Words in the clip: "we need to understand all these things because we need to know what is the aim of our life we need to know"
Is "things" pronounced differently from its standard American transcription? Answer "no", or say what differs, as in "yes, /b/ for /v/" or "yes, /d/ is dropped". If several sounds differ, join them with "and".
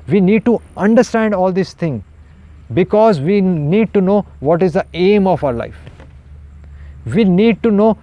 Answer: yes, /z/ is dropped